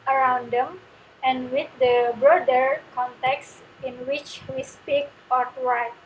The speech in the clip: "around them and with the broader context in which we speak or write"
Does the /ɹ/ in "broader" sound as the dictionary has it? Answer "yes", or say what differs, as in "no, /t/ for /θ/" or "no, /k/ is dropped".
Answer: yes